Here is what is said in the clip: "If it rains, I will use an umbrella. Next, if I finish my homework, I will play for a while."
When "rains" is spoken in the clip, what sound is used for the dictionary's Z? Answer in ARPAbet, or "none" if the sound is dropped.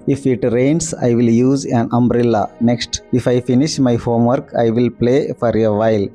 S